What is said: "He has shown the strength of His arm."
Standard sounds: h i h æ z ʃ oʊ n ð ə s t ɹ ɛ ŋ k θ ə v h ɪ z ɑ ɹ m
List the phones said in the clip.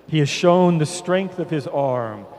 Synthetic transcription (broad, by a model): h i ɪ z ʃ oʊ n ð ə s t ɹ ɛ ŋ k θ ə v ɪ z ɑ ɹ m